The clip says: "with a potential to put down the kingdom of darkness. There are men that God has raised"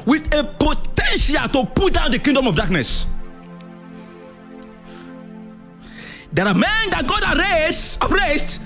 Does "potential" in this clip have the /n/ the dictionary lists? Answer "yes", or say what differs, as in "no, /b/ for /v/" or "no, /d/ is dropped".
yes